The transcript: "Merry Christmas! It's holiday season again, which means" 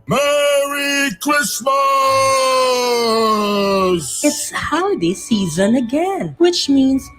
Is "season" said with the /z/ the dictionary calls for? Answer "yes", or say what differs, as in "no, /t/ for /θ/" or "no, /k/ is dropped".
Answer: yes